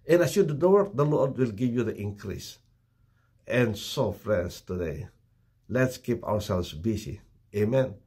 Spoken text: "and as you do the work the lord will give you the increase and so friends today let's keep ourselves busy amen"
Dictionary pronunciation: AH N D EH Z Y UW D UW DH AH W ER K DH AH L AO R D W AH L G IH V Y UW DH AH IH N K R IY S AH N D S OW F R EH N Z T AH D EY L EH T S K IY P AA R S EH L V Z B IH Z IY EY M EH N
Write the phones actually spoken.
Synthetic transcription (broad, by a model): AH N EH S Y UW D UW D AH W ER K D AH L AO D W AH L G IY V Y UW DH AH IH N K R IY S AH N S OW F R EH N S T AH D EY L EH T S K IY P AA W S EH L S B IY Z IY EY M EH N